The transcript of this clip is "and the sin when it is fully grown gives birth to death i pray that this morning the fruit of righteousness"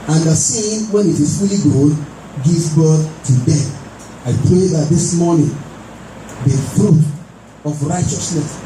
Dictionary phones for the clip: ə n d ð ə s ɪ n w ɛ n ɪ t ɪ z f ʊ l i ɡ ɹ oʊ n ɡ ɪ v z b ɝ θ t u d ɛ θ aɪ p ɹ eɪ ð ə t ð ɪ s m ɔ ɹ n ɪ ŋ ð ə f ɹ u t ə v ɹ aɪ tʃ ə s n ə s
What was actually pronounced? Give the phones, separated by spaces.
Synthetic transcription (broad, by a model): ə n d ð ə s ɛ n w ɛ n ɪ t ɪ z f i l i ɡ oʊ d ɡ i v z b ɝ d t u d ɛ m aɪ p ɹ eɪ ð ə t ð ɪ s m ɔ n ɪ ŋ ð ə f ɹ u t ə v ɹ aɪ tʃ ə s n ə s